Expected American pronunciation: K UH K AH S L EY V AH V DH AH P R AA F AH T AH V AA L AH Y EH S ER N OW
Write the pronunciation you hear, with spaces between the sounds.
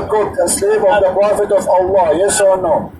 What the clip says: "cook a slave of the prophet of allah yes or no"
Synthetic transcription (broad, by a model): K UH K AH S L EY V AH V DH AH P R AA F AH T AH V AA L AH Y EH S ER N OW